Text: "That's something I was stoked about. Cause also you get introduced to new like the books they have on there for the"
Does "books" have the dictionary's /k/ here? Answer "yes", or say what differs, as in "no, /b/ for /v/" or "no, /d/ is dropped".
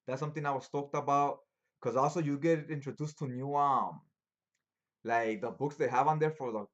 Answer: yes